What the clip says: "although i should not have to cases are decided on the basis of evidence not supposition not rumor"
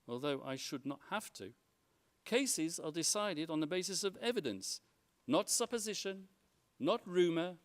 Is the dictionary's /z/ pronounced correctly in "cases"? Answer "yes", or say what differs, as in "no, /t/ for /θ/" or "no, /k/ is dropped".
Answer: yes